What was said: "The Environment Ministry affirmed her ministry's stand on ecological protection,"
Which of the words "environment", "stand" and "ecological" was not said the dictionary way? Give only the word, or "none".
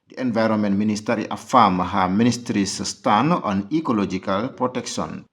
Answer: stand